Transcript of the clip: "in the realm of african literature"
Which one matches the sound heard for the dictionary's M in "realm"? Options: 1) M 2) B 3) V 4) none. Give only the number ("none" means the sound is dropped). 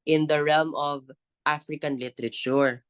1